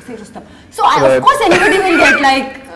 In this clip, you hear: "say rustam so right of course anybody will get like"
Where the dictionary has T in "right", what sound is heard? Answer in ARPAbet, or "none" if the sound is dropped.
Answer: none